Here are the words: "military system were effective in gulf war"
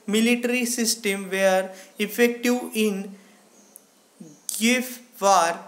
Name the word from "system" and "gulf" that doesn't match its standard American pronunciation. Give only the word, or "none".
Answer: gulf